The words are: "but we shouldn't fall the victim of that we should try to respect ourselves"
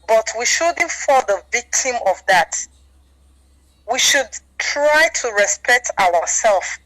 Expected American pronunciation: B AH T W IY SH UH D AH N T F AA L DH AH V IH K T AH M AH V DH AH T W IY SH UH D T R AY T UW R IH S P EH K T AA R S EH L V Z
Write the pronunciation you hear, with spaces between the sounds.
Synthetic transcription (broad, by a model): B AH T W IY SH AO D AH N F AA DH AH V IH K T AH M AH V DH AH T W IY SH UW D T R AY T UW R IH S P EH K T AA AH S EH L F